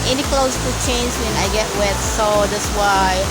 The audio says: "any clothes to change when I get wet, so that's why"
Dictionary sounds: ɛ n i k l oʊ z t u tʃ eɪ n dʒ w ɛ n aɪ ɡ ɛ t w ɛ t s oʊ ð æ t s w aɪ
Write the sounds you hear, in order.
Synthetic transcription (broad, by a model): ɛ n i k l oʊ s t u tʃ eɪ n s w ɛ n aɪ ɡ ɛ t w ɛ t s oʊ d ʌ s w aɪ